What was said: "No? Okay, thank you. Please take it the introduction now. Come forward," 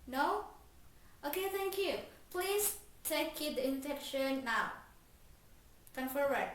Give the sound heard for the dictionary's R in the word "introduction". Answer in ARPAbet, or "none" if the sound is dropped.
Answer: none